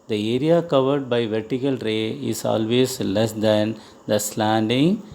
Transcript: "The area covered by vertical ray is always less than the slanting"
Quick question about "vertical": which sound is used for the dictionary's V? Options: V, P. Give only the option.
V